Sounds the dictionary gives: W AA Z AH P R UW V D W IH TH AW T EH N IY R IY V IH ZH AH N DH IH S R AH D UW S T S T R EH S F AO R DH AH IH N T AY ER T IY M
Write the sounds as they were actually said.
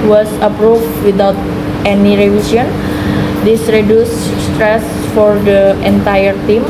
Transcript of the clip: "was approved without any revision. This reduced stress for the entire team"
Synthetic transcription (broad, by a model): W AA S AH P R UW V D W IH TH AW T EH N IY R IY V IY S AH N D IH S R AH D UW S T S T R EH S F AO R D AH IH N T AY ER T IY M